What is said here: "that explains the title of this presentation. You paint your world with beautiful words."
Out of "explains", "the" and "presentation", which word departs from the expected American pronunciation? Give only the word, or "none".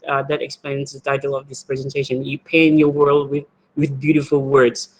none